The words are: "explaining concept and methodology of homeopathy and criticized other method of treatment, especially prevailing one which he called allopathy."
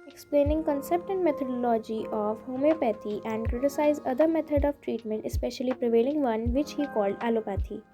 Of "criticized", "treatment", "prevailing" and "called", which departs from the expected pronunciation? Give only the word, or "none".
criticized